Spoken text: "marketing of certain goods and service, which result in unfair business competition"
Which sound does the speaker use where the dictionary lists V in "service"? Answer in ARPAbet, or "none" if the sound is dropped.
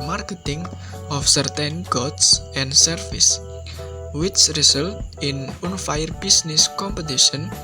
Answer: F